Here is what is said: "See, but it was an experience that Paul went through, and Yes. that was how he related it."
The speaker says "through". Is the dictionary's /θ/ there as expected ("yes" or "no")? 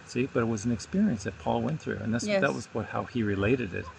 yes